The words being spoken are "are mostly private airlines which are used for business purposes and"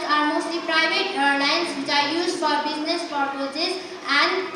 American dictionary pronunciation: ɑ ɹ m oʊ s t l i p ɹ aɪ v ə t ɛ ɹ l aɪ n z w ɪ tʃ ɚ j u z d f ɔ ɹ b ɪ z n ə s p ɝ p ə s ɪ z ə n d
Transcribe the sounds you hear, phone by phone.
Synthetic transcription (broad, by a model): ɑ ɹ m oʊ s t l i p ɹ aɪ b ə t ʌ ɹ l aɪ n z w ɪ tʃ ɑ j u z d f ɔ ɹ b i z n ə s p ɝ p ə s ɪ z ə n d